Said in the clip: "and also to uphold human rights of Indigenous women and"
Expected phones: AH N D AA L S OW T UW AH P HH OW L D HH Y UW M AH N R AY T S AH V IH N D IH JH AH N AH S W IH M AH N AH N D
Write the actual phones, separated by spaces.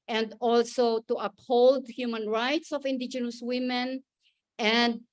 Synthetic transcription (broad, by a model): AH N D AA L S OW T UW AH P HH OW L D HH Y UW M AH N R AY T S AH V IH N D IH JH AH N AH S W IH M AH N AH N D